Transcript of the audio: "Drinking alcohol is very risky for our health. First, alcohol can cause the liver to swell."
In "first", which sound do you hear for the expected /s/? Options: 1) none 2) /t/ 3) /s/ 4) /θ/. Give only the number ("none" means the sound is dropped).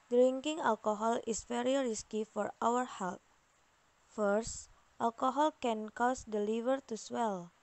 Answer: 3